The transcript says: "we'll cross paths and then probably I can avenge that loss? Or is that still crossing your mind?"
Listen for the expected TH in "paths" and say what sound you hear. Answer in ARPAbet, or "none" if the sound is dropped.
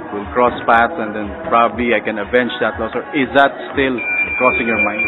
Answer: T